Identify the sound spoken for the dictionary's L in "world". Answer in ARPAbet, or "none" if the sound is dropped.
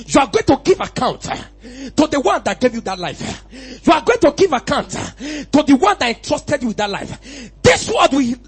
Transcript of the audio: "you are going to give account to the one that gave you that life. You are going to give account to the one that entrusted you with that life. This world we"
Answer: none